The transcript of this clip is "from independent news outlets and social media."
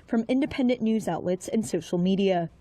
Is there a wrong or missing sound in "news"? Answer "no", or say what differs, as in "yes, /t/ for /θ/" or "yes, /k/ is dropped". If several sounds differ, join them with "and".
no